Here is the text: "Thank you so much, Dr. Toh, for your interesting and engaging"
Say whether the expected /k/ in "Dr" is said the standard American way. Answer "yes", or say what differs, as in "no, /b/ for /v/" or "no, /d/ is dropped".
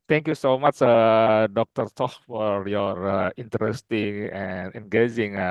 yes